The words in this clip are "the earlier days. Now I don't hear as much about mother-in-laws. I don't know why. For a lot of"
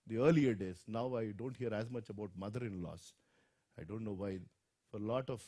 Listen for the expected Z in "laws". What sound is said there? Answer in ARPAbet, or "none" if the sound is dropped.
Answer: S